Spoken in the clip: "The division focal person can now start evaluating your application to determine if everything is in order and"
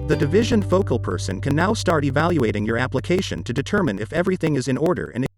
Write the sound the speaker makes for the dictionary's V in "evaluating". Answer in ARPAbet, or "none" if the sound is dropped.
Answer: V